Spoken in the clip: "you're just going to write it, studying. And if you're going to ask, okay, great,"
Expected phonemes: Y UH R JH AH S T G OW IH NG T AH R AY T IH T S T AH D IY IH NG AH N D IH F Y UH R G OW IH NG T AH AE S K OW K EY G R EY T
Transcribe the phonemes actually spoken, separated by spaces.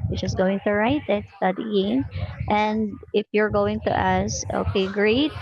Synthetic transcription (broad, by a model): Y JH AH S T G OW IH NG T AH R AY T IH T S T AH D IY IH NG AH N D IH F Y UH R G OW IH NG T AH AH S OW K EY G R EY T